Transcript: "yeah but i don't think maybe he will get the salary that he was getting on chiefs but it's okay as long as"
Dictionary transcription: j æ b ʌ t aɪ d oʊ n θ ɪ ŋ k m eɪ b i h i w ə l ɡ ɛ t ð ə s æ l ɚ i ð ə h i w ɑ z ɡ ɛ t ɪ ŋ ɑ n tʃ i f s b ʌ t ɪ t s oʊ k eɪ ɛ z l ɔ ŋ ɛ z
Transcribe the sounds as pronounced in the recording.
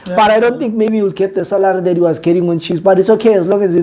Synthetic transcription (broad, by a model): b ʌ t aɪ d oʊ n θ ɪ ŋ k m eɪ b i i w ə l ɡ ɛ t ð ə s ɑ l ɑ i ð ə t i w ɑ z ɡ ɛ t ɪ ŋ ɑ n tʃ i s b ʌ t ɪ t s oʊ k eɪ ɛ z l ɔ ŋ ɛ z